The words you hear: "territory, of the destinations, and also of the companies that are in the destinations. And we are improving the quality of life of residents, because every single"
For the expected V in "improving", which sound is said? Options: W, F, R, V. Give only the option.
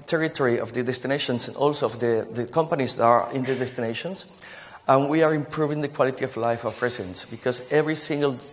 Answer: V